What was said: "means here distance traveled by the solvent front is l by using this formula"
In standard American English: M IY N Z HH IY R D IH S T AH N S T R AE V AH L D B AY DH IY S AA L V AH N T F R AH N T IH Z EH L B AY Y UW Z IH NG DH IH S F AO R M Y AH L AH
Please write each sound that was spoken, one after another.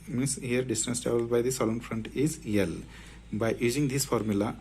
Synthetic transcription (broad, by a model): M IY N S HH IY R D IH S T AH N S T AA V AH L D B AY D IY S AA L AH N F R AH N T IH Z EH L B AY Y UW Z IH NG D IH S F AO R M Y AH L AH